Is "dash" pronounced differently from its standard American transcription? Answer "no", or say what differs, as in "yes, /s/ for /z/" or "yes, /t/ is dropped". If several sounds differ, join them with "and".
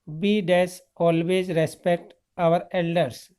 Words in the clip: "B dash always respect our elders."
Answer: yes, /s/ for /ʃ/